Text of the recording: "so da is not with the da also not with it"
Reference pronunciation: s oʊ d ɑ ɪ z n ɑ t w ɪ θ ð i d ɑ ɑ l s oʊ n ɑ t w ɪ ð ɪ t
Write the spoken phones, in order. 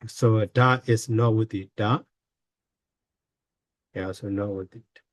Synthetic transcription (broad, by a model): s oʊ d ɑ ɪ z n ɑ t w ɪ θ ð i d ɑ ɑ s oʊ n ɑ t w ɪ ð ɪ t